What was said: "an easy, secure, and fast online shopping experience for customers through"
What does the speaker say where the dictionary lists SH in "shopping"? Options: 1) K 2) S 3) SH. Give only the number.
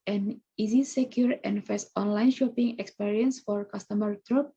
3